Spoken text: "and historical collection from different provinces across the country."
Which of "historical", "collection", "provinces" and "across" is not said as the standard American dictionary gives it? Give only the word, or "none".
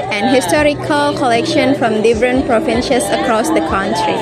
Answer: provinces